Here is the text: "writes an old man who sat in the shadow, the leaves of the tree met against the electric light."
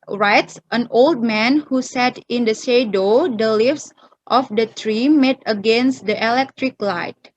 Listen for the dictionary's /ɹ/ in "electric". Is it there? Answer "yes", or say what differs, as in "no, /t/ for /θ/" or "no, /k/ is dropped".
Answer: yes